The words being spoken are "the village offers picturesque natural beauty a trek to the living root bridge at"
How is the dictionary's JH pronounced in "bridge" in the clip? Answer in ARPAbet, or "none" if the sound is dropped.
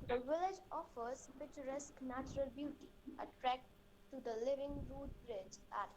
JH